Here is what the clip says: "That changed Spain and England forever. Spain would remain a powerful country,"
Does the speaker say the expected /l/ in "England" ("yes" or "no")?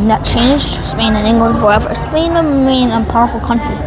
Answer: yes